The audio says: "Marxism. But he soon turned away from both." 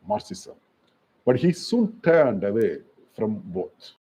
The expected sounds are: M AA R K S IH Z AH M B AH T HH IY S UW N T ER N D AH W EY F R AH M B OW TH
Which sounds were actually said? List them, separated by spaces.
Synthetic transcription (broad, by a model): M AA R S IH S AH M B AH T HH IY S UW N T ER N D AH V EY F R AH M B OW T